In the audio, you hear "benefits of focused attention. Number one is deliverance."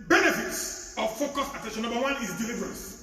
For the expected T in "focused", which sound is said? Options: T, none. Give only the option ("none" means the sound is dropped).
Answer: none